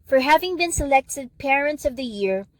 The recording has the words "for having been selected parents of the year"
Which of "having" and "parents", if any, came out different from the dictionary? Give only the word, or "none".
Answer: none